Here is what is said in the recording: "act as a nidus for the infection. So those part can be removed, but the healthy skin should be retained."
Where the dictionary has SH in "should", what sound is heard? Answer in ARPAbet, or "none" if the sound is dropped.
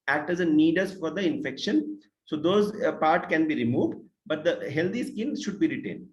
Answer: SH